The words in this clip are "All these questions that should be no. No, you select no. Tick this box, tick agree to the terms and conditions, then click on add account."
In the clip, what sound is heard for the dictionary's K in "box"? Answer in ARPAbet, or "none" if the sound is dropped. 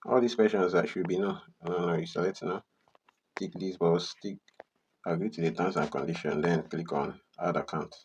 none